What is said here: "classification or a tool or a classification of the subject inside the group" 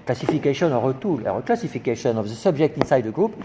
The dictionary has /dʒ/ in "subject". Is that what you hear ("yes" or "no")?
no